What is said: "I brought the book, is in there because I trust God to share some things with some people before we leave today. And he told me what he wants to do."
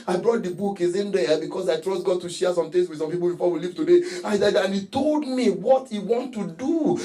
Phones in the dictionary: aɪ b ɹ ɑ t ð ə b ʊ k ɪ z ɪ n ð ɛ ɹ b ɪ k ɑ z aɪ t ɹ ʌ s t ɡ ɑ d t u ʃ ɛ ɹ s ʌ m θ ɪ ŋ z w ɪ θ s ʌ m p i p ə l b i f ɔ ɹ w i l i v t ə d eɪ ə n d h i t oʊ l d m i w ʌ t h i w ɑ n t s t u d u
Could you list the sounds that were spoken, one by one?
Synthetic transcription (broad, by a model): aɪ b ɹ ɑ t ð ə b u k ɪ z ɪ n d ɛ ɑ b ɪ k ɑ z aɪ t ɹ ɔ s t ɡ ɑ d t u ʃ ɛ s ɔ m t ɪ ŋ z w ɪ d s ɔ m p i p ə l b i f ɔ w i l i v t ə d eɪ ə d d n i t oʊ l d m i w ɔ t h i w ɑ n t t u d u